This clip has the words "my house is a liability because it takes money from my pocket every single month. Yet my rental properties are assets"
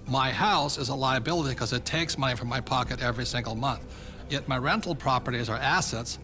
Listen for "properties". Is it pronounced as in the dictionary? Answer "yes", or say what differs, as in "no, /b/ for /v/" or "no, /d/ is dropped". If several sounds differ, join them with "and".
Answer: yes